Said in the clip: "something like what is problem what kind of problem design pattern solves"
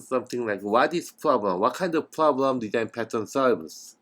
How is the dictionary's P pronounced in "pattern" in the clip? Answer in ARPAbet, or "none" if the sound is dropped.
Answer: P